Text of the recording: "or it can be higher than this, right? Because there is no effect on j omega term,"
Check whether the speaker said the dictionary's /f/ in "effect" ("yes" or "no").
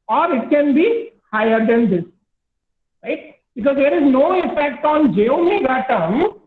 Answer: no